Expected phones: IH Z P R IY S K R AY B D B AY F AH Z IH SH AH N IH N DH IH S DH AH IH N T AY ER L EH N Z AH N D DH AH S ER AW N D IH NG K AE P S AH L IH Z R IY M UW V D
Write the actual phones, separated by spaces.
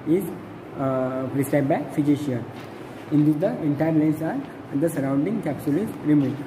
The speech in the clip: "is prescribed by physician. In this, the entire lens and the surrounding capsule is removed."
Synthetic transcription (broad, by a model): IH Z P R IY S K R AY D B AY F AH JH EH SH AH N IH N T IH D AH IH N T AY ER L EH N S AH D D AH S ER AW N D IH NG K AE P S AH L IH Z R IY M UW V